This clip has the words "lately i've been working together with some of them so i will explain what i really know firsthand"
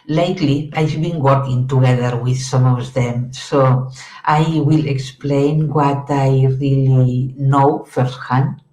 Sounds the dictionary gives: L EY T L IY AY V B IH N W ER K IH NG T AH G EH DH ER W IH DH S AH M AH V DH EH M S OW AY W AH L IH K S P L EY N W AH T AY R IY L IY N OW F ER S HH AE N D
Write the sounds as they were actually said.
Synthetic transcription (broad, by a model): L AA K L IY AY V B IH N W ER K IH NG T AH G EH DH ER W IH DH S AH M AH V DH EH M S OW AY W AH L IH K S P L EY N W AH T AY R IY L IY N OW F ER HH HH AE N